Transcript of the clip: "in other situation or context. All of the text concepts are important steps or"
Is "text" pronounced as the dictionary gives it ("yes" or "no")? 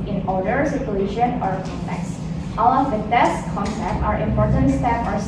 no